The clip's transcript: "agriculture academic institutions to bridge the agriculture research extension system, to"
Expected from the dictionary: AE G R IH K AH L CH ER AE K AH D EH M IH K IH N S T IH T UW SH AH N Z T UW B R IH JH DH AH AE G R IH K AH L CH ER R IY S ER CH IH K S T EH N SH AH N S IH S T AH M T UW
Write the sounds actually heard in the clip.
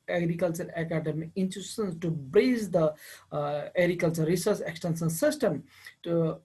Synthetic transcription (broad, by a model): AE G R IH K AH L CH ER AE K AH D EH M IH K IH N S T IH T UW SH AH N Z T UW B R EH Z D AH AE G R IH K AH L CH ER R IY S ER S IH K S T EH N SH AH N S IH S T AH M T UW